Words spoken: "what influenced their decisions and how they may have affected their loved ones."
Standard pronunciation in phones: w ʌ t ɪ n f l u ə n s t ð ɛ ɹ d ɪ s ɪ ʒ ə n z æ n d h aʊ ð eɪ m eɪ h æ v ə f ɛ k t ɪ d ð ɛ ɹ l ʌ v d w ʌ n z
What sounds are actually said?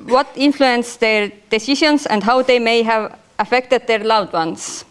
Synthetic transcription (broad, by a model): w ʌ t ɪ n f l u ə n s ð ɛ ɹ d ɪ s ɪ ʃ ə n s æ n d h aʊ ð eɪ m eɪ h æ v ə f ɛ k t ɪ d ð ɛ ɹ l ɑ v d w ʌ n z